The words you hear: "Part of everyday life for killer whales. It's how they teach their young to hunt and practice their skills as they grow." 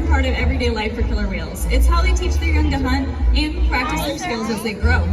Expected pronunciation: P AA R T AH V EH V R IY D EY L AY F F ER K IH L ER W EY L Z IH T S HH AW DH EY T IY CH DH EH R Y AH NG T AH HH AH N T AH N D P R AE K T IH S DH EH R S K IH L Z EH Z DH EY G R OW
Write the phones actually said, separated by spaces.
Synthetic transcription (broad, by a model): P AA R T AH V EH V R IY D EY L AY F F ER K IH L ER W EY L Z IH T S HH AW DH EY T IY CH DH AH R Y AH NG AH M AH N AH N P R AE K T IH S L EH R S K IH L Z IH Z DH EY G R OW